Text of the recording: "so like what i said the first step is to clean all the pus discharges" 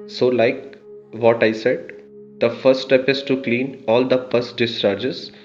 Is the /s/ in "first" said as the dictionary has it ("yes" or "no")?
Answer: no